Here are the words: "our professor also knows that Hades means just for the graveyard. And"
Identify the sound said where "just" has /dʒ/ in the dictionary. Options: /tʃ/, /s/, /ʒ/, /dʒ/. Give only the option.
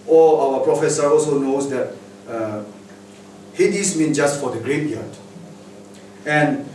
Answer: /dʒ/